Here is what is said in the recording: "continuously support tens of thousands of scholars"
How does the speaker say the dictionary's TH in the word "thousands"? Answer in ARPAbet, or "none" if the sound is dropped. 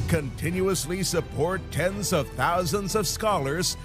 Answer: TH